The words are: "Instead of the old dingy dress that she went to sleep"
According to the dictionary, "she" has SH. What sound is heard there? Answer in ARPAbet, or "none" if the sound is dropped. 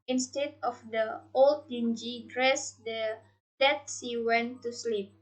S